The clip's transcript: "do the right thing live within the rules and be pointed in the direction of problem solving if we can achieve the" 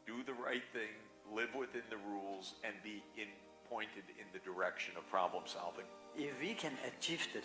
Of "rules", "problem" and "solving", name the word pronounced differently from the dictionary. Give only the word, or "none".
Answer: none